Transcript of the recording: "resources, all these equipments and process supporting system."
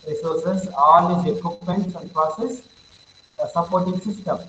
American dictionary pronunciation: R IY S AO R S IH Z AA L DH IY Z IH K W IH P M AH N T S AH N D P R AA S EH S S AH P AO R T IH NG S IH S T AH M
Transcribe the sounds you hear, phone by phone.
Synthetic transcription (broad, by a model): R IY S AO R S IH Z AA L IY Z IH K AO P AH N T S AH N D P R AA S EH S S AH P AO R T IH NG S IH S T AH M